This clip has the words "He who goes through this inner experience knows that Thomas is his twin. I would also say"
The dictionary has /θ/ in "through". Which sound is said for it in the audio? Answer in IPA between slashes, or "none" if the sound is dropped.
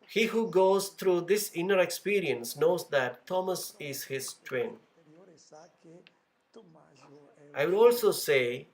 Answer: /t/